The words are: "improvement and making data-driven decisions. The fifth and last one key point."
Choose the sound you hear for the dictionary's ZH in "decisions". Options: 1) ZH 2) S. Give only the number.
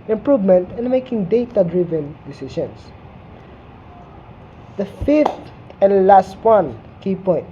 2